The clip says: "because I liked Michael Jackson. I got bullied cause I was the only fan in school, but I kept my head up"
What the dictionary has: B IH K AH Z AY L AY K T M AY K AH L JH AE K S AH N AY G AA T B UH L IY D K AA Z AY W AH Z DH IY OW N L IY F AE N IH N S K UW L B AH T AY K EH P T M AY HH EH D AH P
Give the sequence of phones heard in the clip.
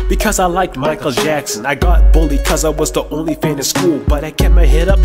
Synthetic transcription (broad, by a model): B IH K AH Z AY L AY K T M AY K L JH AE K S AH N AY G AA T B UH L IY K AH Z AY W AH Z DH IY OW N L IY F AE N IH S K UW L B AH T AY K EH T M AY HH EH D AH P